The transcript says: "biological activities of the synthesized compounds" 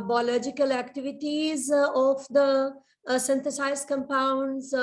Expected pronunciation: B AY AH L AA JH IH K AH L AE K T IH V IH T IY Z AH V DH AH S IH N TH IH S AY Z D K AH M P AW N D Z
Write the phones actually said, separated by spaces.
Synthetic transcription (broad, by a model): B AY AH L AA JH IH K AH L AE K T IH V IH T IY Z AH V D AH S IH N T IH S AY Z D K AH M P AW N D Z